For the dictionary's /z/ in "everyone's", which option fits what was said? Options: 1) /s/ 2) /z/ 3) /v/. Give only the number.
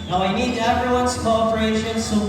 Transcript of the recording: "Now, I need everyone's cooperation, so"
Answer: 1